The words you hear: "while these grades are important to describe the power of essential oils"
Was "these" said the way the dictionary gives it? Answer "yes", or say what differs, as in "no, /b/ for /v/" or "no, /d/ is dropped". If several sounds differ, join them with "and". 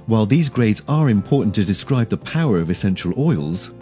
yes